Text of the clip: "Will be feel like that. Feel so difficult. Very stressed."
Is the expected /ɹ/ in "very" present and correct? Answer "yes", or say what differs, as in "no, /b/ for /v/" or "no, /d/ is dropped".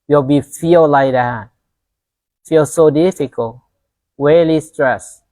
no, /l/ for /ɹ/